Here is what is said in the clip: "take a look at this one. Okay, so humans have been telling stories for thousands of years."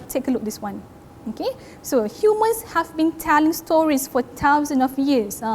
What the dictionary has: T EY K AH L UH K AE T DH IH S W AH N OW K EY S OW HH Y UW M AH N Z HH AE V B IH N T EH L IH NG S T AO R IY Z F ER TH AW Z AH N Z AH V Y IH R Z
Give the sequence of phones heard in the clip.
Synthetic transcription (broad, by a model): T EY K AH L UH K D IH S W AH N OW K EY S OW HH Y UW M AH N S HH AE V B IH N T EH L IH NG S T AO R IY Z F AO T AW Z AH N AH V Y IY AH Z